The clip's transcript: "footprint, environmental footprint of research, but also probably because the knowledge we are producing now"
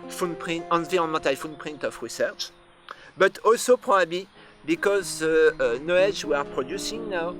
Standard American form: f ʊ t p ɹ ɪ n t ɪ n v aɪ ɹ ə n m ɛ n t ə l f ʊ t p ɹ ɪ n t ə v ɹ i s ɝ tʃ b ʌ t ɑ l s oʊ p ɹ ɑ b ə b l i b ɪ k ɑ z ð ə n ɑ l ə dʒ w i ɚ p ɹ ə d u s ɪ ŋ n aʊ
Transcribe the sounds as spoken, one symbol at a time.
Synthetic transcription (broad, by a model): f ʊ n p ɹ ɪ n t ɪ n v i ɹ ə n m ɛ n t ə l f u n p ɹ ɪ n t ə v ɹ i s ɝ tʃ b ʌ t ɑ l s oʊ p ɹ ɑ b ə b l i b ɪ k ɑ z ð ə n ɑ ə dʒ w i ɚ p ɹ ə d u s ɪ ŋ n aʊ